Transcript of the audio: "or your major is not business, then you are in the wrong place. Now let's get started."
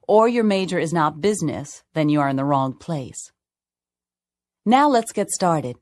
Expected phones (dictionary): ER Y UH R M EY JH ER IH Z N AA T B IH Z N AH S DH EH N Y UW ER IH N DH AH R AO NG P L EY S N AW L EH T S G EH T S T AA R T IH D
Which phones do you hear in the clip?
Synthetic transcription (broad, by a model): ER Y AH R M EY JH ER IH Z N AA T B IH Z N AH S DH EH N Y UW ER IH N DH AH R AO NG P L EY S N AW L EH T S G EH T S T AA R T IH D